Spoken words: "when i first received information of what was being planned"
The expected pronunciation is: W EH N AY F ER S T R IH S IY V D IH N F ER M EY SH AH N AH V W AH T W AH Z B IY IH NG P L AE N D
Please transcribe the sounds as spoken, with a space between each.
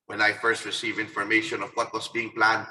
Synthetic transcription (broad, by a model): W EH N AY F ER S T R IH S IY V IH N F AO M EY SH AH N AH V W AH T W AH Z B IY IH NG P L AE N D